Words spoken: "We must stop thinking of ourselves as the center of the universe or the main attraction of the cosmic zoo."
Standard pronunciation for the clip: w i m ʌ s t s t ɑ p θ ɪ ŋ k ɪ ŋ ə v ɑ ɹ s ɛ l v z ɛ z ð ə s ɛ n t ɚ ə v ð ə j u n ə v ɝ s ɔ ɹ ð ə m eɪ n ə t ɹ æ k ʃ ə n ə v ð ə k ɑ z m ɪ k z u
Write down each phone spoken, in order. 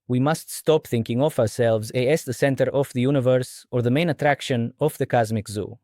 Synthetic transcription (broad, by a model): w i m ʌ s t s t ɑ p θ ɪ ŋ k ɪ ŋ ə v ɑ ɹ s ɛ l v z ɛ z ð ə s ɛ n t ɚ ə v ð ə j u n ə v ɝ s ɔ ɹ ð ə m eɪ n ə t ɹ æ k ʃ ə n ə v ð ə k ɑ z m ɪ k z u